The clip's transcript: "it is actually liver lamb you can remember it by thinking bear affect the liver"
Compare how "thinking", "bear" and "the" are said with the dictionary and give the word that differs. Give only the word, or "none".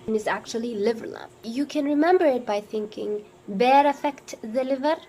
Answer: none